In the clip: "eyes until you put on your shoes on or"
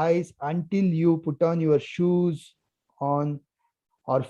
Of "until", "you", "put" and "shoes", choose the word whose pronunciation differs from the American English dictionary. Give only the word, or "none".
none